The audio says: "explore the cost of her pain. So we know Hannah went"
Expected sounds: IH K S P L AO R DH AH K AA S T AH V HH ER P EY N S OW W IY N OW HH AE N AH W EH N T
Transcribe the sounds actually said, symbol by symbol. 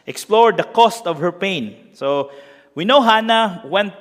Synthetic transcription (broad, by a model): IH K S P L AO R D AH K AA S T AH V HH ER P EY N S OW W IY N OW HH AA N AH W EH N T